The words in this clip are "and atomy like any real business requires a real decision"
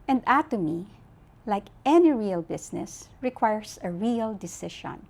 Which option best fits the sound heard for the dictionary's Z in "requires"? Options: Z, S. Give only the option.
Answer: S